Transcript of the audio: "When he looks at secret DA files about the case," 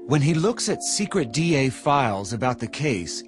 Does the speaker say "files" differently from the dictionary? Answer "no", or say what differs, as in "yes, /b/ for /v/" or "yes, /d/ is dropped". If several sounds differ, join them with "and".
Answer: no